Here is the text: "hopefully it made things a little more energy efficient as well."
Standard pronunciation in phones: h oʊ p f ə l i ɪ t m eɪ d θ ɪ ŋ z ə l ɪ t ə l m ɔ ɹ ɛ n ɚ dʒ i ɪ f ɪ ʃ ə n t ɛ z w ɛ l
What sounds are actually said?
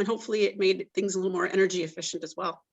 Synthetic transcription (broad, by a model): h oʊ p f l i ɪ t m eɪ d θ ɪ ŋ z ə l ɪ l m ɔ ɹ ɛ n ɚ dʒ i ɪ f ɪ ʃ ə n t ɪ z w ɛ l